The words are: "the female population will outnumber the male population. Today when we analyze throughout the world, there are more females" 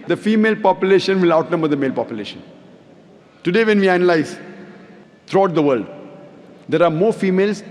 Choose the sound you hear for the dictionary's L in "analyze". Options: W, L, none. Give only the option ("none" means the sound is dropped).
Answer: L